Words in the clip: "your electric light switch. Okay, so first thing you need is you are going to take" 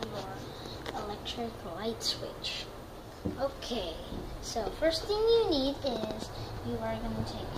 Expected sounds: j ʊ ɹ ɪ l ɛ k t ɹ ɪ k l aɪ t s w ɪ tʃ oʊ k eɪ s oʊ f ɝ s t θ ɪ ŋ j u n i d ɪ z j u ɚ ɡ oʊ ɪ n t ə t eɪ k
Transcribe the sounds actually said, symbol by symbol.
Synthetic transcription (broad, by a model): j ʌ ɹ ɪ l ɛ k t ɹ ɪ k l aɪ t s w ɪ tʃ oʊ k eɪ s oʊ f ɝ s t θ ɪ ŋ j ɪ n i d ɪ z j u ɚ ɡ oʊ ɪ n t ə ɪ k